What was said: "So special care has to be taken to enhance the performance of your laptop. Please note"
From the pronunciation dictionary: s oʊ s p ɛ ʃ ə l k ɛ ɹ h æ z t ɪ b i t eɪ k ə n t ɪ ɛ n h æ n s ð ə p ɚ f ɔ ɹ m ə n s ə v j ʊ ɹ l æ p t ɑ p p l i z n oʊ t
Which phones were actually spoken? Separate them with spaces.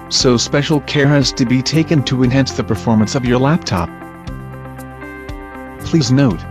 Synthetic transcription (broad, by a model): s oʊ s p ɛ ʃ l k ɛ ɹ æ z t ɪ b i t eɪ k ə n t ɪ ɛ n h æ n s ð ə p ɚ f ɔ ɹ m ə n s ə v j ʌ ɹ l æ p t ɑ p p l i z n oʊ t